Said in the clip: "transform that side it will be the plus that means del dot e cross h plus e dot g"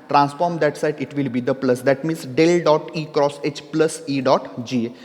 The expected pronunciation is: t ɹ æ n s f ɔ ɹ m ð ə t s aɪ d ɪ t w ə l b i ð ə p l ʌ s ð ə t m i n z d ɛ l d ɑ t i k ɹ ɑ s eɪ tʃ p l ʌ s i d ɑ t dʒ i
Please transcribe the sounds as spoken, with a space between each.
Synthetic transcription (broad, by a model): t ɹ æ n s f ɔ ɹ m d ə t s aɪ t ɪ t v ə l b i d ə p l ʌ s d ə t m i n s d ɛ l d ɑ t i k ɹ ɑ s eɪ tʃ p l ʌ s i d ɑ t dʒ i